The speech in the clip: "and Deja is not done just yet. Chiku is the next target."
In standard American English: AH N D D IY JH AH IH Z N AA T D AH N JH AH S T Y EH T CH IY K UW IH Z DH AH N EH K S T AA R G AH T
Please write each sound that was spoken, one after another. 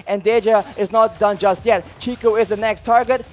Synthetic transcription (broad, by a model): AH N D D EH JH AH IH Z N AA T D AH N JH AH S T Y EH T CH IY K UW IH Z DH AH N EH K S T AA R G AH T